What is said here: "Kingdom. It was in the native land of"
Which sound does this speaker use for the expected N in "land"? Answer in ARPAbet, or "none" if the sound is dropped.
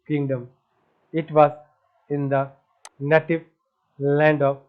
N